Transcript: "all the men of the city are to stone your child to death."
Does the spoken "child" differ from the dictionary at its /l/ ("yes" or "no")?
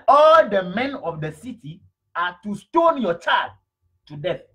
yes